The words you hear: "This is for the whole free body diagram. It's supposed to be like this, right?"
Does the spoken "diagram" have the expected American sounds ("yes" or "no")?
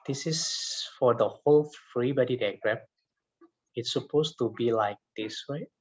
no